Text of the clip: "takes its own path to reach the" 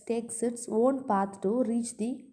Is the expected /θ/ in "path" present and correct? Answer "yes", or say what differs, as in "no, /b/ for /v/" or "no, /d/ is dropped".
no, /t/ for /θ/